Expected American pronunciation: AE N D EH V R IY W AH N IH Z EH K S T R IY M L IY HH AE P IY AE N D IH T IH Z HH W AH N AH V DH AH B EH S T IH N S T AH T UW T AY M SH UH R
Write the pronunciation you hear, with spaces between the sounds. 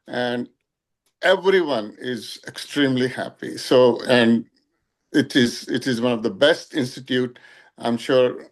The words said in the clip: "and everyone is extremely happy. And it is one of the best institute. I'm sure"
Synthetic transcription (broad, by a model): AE N D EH V R IY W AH N IH Z EH K S T R IY M L IY HH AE P IY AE N D IH T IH Z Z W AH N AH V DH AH B EH S T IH N S T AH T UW T AY M SH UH R